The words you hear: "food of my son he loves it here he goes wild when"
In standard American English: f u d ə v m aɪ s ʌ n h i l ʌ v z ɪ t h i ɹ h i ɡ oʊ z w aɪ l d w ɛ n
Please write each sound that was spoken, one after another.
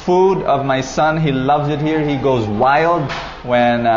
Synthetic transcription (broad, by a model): f u d ə v m aɪ s ʌ n h i l ʌ v z ɪ t h i ɹ h i ɡ oʊ z w aɪ l d w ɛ n